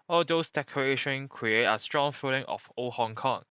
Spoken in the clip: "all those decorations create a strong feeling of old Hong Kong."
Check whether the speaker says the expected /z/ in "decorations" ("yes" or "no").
no